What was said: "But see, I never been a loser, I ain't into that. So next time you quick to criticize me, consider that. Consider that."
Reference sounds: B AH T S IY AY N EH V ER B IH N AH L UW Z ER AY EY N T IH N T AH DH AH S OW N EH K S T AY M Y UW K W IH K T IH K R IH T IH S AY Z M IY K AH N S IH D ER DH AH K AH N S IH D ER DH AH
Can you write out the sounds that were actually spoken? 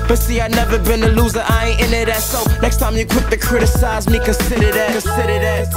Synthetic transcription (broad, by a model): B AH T S IY AY N EH V ER B IH N AH L UW Z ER AY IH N IH T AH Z S OW N EH K S T AY M Y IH K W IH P T IH K R IH T IH S AY Z M IY K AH N S IH D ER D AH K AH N S IH D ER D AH